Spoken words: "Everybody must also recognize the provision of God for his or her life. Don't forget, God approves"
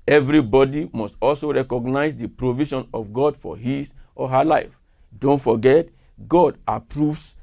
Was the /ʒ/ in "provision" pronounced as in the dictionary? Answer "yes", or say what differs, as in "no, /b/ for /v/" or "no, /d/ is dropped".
no, /ʃ/ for /ʒ/